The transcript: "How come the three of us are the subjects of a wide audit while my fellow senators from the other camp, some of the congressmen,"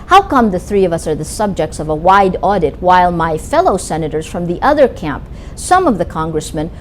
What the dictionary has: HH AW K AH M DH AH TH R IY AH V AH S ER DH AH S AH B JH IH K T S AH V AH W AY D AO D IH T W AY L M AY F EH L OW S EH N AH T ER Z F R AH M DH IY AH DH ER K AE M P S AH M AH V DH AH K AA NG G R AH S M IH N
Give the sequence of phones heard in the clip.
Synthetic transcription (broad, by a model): HH AW K AH M DH AH TH R IY AH V AH S ER DH AH S AH B JH IH K T S AH V AH W AY D AO D IH T W AY L M AY F EH L OW S EH N AH T ER Z F R AH M DH IY AH DH ER K AE M P S AH M AH V DH AH K AA NG G R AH S M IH N